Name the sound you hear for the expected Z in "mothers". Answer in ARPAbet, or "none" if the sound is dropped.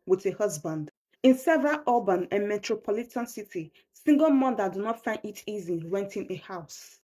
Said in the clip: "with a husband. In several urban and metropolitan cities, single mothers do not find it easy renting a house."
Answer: none